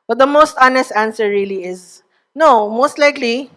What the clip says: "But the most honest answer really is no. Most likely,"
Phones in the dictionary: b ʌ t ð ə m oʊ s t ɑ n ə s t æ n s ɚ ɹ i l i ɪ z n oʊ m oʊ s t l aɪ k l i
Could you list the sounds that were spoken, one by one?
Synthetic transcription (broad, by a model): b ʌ t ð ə m oʊ s t ɑ n ə s t æ n s ɚ ɹ i l i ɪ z n oʊ m oʊ s t l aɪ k l i